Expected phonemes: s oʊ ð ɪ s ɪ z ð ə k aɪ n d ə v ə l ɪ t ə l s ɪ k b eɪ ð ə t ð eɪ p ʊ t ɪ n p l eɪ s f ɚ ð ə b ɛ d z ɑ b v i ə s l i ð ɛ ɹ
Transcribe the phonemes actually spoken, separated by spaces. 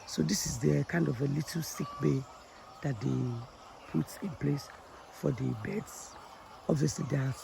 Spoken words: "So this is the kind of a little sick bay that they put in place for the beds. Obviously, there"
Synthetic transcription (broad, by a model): s oʊ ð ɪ s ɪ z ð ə k aɪ n d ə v ə l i t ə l s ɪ k b eɪ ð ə t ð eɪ p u t ɪ n p l eɪ s f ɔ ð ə b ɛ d s ɑ b v i ə s l i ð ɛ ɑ